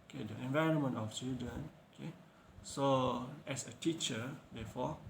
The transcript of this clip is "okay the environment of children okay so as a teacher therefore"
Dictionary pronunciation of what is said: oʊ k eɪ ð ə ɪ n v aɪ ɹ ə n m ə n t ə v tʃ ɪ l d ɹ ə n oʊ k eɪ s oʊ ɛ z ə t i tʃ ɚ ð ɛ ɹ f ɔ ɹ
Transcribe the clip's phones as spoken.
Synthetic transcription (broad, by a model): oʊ k eɪ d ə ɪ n v aɪ ɹ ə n m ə n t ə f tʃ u d ə n oʊ k eɪ s oʊ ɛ s ə t i tʃ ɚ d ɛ f ɔ